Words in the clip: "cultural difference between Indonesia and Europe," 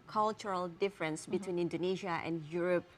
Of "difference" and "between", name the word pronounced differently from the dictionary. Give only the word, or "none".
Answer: none